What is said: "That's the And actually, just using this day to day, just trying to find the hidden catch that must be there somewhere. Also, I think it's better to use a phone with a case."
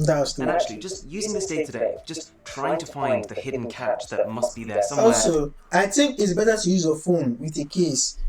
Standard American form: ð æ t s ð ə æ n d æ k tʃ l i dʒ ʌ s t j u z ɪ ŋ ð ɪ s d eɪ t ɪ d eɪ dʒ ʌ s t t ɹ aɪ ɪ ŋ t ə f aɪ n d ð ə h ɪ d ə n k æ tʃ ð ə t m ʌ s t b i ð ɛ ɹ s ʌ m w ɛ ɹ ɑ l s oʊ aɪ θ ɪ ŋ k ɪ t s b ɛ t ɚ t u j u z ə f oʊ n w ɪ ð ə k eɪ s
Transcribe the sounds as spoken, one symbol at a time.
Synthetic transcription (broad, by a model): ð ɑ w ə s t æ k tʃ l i dʒ ʌ s t j u z ɪ ŋ ð ɪ s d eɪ t ɪ d eɪ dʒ ʌ s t t ɹ aɪ ɪ ŋ t ə f aɪ n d ð ə h ɪ d n k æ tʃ ð ə t m ʌ s t b i ð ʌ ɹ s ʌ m ɑ l s oʊ aɪ θ ɪ ŋ k ɪ t s b ɛ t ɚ t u j u z ə f oʊ n w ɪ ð ə k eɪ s